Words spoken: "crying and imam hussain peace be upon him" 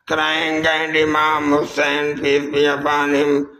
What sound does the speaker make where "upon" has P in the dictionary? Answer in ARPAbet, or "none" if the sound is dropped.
B